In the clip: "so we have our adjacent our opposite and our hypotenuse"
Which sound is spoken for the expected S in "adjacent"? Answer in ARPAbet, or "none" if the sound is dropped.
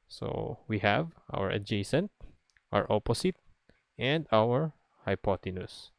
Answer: S